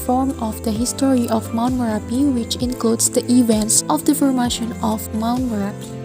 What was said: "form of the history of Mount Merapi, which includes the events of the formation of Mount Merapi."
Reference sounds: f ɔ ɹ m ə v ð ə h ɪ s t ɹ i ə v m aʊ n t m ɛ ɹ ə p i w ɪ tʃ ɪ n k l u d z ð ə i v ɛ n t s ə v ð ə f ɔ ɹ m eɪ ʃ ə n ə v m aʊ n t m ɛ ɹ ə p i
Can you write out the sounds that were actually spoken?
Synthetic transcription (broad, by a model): f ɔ ɹ m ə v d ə h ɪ s t ɹ i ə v m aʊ n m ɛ ɹ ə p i w ɪ tʃ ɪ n k l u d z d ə i v ɛ n t s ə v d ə f ɔ ɹ m eɪ ʃ ə n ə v m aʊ n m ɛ ɹ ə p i